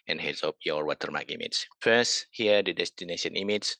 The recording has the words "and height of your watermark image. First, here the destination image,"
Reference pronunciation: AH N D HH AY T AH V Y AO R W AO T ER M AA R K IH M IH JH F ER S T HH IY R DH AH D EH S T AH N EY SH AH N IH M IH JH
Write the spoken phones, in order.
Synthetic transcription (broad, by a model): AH N HH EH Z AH P Y AO R W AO T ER M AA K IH M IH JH F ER S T HH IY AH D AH D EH S T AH N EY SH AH N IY M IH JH